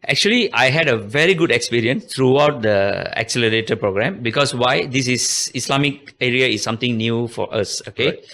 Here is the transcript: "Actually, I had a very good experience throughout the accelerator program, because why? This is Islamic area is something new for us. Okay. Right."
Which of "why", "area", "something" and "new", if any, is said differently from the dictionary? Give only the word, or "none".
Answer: something